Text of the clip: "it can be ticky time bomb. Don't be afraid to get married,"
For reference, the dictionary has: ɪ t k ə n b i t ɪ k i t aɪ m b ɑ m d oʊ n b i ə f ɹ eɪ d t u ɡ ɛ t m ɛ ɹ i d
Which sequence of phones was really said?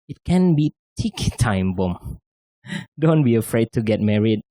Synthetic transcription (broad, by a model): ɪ t k ə n b i t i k t aɪ m b ɑ m d oʊ n b i ə f ɹ eɪ d t u ɡ ɛ t m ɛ ɹ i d